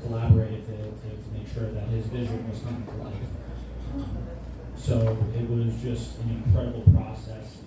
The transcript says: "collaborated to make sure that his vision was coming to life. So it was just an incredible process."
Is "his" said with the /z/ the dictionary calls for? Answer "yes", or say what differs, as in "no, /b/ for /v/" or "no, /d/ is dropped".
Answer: yes